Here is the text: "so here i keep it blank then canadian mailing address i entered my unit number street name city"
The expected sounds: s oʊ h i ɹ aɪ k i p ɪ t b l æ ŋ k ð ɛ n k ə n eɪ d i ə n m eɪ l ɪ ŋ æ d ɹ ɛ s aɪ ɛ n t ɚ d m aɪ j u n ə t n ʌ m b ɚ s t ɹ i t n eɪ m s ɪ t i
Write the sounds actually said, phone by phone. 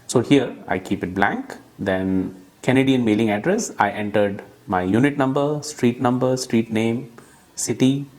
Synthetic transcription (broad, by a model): s oʊ h i ɹ aɪ k i p ɪ t b l æ ŋ k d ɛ n k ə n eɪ d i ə n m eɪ l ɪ ŋ æ d ɹ ɛ s aɪ ɛ n t ɚ d m aɪ j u n ə t n ʌ m b ɚ s t ɹ i t n eɪ m s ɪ t i